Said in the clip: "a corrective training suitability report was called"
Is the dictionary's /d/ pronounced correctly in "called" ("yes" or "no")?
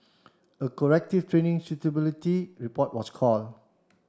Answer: no